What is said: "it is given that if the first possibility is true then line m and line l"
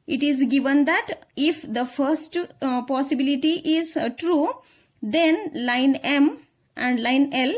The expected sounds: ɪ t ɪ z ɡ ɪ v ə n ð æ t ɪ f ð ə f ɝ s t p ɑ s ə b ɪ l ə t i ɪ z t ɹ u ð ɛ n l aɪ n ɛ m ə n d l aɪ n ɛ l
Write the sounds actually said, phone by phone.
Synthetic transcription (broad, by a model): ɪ t ɪ z ɡ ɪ v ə n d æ t ɪ f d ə f ɝ s t p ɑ s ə b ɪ l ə t i ɪ z t ɹ u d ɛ n l aɪ n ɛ m ə n d l aɪ n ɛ l